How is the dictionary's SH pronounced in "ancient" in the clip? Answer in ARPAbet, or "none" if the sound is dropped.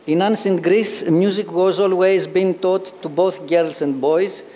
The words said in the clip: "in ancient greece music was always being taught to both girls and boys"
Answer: S